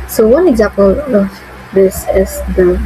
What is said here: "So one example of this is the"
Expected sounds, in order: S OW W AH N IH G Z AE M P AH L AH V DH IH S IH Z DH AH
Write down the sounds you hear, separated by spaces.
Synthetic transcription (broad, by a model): S OW W AH N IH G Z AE P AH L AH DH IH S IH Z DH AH